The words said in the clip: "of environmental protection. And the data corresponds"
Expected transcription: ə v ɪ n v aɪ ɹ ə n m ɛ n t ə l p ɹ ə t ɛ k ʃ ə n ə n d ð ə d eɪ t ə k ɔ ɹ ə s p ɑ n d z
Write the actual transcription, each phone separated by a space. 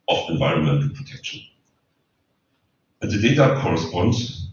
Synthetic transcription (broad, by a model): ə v ɪ n v aɪ ɹ ə n m ɛ n t ə l p ɹ ə t ɛ k ʃ ə n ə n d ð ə d eɪ t ə k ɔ ɹ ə s p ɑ n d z